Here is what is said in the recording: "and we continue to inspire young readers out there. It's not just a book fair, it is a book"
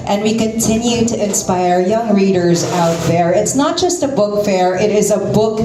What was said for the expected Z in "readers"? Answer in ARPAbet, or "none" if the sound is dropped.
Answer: Z